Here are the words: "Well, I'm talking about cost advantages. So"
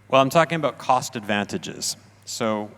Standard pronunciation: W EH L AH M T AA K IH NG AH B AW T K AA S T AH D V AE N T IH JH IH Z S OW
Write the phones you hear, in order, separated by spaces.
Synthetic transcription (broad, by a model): W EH L AH M T AA K IH NG AH B AW T K AA S T AH D V AE N T IH JH IH Z S OW